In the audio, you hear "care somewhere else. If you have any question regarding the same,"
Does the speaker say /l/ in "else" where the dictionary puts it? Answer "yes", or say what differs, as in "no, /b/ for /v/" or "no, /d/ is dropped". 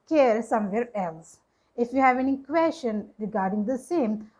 yes